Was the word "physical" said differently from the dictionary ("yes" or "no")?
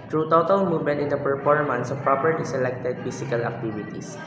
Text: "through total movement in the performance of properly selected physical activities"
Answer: yes